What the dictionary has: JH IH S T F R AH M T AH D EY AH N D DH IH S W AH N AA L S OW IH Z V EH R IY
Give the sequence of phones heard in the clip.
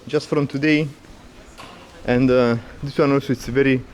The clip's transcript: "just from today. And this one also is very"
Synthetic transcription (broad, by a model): JH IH S T F R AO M T AH D EY AH N D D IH S W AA N AA L S OW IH S V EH R IY